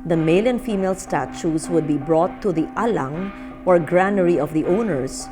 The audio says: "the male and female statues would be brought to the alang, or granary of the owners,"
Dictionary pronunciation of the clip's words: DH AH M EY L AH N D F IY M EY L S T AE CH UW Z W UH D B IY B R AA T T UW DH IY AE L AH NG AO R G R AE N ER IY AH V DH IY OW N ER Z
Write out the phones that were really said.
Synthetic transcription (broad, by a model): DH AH M EY L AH N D F IY M EY L S T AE CH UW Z W UH D B IY B R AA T T UW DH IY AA L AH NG AO R G R AE N ER IY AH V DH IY OW N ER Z